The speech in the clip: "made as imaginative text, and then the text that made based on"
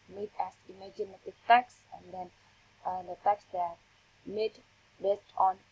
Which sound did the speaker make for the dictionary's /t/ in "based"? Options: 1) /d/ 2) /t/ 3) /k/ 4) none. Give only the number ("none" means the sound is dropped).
2